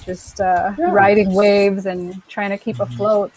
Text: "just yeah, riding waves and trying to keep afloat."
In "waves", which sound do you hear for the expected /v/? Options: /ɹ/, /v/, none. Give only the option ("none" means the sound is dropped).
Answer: /v/